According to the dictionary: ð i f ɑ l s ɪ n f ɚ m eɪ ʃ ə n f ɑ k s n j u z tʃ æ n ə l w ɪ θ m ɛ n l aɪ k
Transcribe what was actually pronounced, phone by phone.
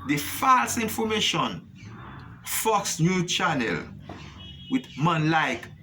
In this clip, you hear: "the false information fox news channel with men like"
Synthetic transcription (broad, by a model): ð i f ɑ l s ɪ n f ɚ m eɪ ʃ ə n f ɑ k s n j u tʃ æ n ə l w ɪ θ m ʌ n l aɪ k